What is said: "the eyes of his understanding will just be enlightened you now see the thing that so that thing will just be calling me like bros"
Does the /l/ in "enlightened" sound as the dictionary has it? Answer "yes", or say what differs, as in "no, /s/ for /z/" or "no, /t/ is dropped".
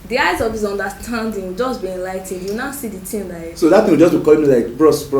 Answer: yes